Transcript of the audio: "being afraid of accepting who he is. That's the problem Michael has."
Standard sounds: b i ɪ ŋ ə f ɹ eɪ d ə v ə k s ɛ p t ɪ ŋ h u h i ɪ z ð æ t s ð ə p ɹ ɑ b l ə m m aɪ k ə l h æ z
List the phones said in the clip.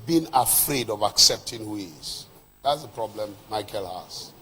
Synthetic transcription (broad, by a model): b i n ə f ɹ eɪ d ə v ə k s ɛ p t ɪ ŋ h u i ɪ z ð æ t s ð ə p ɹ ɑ b l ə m m aɪ k ə l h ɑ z